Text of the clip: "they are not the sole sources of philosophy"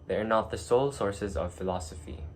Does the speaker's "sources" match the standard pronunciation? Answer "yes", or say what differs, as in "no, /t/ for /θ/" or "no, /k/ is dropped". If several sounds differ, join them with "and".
yes